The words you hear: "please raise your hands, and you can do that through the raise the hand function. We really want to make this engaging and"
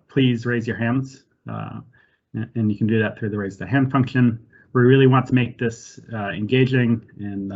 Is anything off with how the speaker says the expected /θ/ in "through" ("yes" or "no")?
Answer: no